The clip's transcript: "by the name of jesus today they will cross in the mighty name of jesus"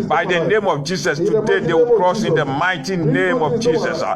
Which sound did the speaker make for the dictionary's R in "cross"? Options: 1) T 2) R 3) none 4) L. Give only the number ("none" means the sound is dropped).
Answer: 2